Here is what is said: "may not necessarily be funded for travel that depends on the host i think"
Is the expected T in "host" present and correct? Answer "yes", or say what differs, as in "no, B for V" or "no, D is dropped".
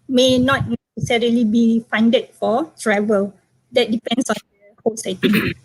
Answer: no, T is dropped